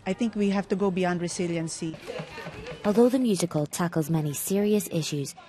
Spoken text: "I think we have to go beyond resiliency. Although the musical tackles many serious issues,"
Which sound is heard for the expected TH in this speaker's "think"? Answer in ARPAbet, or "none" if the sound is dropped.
T